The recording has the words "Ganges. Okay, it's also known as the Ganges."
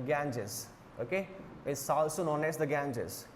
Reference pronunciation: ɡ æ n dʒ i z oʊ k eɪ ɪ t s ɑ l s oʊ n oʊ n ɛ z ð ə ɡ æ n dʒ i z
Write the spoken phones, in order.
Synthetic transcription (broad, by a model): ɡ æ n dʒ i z oʊ k eɪ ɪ s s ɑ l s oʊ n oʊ n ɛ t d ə ɡ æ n dʒ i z